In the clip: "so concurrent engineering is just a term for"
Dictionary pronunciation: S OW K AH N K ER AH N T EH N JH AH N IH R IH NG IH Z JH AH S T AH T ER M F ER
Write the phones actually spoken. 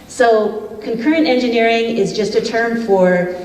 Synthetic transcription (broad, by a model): S OW K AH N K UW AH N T EH N JH AH N IH R IH NG IH Z JH AH S T AH T ER M F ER